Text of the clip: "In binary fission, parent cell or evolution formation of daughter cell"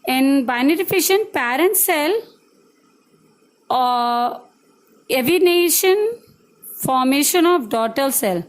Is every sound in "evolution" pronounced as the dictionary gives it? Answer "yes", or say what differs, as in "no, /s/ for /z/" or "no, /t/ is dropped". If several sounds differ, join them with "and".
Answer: no, /n/ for /l/